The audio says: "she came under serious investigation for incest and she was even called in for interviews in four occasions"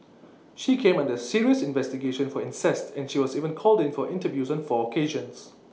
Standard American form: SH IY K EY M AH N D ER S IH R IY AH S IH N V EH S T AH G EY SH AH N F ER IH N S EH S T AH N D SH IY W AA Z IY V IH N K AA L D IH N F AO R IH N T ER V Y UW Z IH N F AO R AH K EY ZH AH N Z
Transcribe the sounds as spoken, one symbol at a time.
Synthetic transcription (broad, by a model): SH IY K EY M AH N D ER S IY R IY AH S IH N V EH S T AH G EY SH AH N F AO IH N S EH S T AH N SH IY W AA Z IY V IH N K AA L D IH N F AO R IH N T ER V Y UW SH IH N F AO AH K EY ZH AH N S